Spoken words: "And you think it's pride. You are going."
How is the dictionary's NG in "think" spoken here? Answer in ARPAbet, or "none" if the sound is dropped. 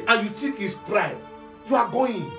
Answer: none